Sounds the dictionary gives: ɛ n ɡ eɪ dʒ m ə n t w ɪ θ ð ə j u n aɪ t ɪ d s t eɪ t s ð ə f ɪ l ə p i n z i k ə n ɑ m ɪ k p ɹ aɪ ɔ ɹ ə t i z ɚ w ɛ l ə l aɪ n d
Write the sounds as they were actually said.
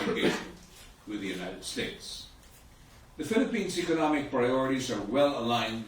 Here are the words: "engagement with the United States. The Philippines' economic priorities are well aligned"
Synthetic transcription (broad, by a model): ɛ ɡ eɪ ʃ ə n w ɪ ð ə j u n aɪ t ɪ d s t eɪ t s ð ə f ɪ l ə p i n z i k ə n ɑ m ɪ k p ɹ aɪ ɔ ɹ ə t i z ɚ w ɛ l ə l aɪ n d